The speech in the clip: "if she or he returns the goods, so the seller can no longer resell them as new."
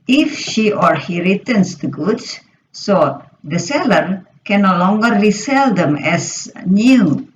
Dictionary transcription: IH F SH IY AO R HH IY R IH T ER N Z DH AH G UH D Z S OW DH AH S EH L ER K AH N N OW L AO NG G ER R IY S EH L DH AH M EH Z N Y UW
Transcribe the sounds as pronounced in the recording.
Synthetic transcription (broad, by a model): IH F SH IY AO R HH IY R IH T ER N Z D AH G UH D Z S OW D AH S EH L ER K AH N N OW L AO NG G ER L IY S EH L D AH M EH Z N Y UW